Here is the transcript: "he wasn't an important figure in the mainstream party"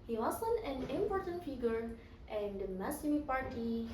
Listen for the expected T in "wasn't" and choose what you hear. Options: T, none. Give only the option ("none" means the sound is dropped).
none